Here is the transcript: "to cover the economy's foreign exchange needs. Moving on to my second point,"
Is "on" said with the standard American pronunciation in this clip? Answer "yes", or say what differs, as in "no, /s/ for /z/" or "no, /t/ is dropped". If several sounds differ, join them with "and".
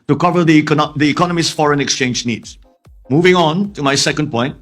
yes